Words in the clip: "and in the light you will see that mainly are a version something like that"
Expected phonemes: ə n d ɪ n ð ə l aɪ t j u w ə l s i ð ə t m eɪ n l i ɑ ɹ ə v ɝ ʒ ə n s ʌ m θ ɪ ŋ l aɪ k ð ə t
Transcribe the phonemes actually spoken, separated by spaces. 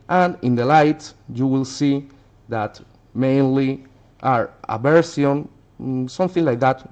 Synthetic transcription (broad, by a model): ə n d ɪ n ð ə l aɪ t j u w ə l s i ð ə t m eɪ n l i ɑ ɹ ə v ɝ s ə n s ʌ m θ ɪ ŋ l aɪ k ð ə t